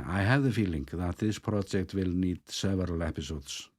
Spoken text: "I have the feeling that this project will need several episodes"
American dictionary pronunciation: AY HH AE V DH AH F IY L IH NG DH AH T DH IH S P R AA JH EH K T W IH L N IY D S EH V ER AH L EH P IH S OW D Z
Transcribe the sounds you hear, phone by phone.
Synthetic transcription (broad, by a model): AY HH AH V DH AH F IY L IH NG DH AH T DH IH S P R AA JH EH K T W IH L N IY D S EH V ER AH L EH P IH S OW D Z